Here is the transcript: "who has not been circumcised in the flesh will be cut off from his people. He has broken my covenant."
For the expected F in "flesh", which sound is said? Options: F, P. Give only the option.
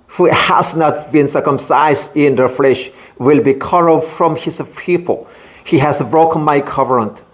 F